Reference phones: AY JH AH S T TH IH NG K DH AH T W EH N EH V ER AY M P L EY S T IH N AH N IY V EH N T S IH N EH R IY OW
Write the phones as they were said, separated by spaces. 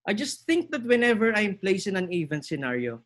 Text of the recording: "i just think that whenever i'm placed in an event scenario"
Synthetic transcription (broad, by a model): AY JH AH S T TH IH NG K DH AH T W EH N EH V ER AY M P L EY S IH N AH N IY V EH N S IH N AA R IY OW